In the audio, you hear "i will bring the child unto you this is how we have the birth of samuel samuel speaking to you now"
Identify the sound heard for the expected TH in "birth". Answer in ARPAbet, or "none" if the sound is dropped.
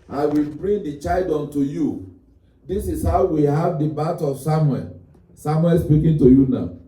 T